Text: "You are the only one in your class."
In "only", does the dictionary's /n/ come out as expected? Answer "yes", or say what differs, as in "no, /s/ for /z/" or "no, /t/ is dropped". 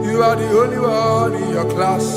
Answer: no, /n/ is dropped